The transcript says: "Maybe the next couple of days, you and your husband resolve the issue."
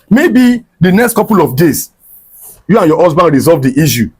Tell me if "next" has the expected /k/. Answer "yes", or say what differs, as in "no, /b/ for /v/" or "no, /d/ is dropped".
yes